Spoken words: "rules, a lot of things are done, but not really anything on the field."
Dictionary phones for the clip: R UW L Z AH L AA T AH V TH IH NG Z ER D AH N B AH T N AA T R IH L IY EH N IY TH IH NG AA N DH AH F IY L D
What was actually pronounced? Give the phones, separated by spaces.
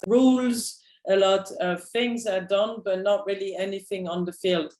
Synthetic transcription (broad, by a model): R UW L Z AH L AA T AH V TH IH NG Z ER D AH N B AH T N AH T R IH L IY EH N IY TH IH NG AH N DH AH F IY L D